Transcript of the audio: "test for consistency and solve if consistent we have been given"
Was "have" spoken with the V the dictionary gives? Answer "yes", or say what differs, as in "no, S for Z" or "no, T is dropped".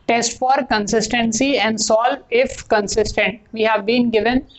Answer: yes